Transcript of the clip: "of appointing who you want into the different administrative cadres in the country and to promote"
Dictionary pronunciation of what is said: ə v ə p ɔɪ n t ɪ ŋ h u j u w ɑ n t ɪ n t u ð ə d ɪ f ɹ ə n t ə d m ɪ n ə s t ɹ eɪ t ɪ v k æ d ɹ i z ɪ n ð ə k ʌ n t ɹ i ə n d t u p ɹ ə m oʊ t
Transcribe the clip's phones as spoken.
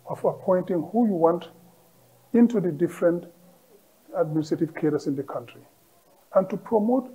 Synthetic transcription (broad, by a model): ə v ə p ɔɪ n t ɪ ŋ h u j u w ɑ n t ɪ n t u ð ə d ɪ f ɹ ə n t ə d m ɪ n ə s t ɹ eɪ t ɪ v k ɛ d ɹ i s ɪ n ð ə k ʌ n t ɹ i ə n t u p ɹ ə m oʊ t